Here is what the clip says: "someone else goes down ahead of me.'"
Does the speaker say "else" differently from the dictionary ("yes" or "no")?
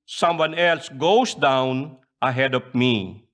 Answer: no